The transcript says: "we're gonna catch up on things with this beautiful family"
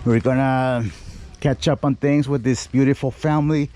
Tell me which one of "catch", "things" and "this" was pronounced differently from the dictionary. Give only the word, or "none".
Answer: none